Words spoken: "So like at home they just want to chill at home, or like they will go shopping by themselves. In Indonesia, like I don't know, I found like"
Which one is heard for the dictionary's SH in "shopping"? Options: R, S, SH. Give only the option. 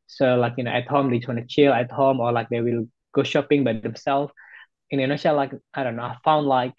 SH